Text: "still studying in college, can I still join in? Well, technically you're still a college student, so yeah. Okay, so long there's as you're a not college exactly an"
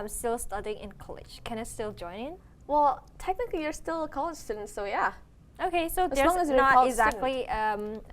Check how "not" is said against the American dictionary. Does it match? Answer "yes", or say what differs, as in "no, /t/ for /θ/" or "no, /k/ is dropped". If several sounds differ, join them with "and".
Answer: no, /l/ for /n/